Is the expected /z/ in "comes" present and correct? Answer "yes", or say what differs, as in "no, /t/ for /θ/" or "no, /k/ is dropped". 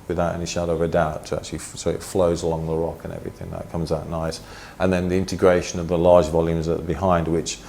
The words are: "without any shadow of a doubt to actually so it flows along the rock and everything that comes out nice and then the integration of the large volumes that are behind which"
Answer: yes